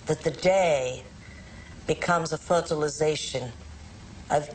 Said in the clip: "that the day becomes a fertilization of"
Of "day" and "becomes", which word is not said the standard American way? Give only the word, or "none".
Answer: none